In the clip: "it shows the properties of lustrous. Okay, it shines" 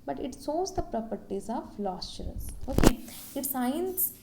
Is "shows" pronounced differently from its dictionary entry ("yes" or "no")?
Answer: yes